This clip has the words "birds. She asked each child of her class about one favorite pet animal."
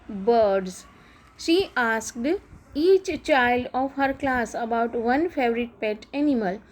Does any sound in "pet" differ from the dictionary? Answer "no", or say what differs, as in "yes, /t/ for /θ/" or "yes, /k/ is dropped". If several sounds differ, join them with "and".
no